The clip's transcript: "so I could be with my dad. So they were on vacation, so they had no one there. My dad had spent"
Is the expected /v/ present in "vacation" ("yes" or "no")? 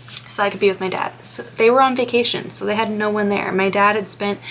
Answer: yes